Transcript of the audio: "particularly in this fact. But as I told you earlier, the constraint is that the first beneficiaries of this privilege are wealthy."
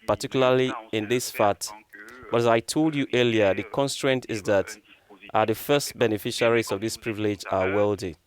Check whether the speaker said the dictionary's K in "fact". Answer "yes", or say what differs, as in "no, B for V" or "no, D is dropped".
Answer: no, K is dropped